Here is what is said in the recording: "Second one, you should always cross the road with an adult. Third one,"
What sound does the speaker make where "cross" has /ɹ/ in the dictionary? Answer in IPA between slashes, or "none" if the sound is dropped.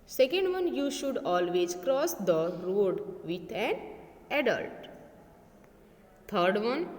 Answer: /ɹ/